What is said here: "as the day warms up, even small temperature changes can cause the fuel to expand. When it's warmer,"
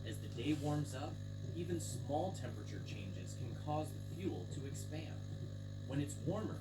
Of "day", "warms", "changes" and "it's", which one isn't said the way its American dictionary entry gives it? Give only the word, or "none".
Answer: none